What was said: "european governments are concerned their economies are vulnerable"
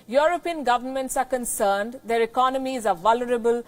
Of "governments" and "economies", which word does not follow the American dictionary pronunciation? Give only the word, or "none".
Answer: none